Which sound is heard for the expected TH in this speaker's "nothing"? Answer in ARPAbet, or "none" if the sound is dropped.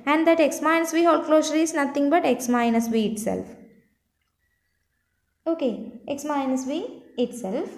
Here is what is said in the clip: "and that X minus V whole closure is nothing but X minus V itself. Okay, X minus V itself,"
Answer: T